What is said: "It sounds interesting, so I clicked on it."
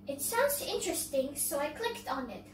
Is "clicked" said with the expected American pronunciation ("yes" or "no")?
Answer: yes